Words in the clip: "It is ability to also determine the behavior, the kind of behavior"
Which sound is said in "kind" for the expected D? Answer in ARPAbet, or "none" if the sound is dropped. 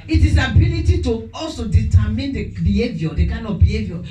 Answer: none